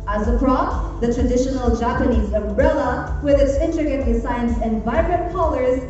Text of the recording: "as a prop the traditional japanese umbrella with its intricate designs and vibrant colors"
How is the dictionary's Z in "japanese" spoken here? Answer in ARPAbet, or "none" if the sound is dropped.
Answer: Z